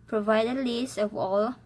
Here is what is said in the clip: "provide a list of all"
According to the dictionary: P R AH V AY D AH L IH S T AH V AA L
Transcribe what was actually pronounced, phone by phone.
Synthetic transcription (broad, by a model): P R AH V AY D AH L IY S AH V AA L